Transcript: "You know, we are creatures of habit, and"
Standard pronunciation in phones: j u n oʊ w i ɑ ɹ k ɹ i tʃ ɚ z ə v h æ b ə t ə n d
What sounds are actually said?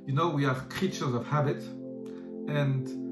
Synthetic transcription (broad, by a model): j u n oʊ w i ɑ ɹ k ɹ i tʃ ɚ z ə v h æ b ə t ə n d